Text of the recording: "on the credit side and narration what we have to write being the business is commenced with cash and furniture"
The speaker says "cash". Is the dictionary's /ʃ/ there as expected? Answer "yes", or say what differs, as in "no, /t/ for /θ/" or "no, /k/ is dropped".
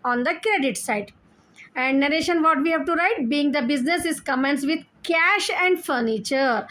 yes